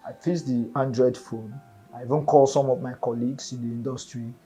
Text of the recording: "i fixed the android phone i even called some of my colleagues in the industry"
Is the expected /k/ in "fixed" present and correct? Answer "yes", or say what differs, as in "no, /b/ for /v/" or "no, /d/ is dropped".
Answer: no, /k/ is dropped